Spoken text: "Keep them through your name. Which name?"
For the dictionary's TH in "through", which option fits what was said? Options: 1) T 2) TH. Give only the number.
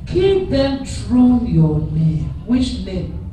1